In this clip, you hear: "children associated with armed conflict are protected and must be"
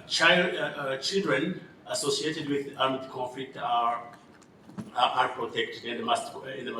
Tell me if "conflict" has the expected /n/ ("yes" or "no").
no